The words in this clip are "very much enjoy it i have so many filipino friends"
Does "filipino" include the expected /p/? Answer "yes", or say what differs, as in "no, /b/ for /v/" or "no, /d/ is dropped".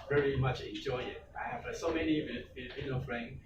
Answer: no, /p/ is dropped